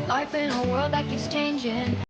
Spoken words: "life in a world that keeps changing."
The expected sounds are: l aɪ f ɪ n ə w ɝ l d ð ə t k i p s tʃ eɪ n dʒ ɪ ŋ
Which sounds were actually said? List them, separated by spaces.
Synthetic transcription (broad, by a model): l aɪ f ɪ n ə w ɝ l d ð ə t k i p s tʃ eɪ n dʒ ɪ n